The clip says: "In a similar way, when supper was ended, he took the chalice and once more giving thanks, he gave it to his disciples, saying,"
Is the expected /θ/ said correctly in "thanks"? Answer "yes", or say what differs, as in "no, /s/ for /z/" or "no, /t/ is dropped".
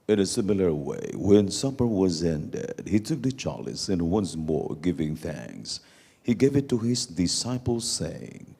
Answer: yes